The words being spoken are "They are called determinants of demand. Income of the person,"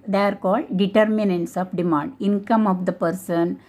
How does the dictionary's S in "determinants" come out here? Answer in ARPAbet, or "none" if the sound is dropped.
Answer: S